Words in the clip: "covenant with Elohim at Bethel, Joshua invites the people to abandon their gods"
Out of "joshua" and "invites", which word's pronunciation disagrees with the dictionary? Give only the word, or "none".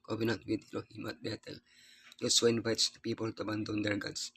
joshua